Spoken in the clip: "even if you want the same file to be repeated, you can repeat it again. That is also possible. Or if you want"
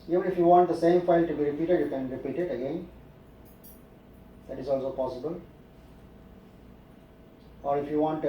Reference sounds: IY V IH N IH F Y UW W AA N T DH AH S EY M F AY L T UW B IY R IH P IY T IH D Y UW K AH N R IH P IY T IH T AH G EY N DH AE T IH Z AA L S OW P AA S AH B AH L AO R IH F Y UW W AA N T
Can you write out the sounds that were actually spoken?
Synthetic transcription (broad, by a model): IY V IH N IH F Y UW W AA N T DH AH S EY M F AY L T UW B IY R IH P IY T IH D Y UW K AH N R IH P IY T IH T AH G EY N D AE T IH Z AA L S OW P AA S AH B AH L AO R IH F Y UW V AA N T